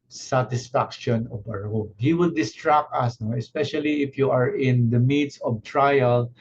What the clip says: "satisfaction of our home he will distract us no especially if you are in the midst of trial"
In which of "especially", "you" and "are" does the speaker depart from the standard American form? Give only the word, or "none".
none